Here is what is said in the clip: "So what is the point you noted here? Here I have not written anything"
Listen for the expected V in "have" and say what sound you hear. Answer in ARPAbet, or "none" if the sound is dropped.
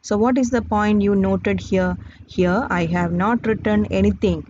V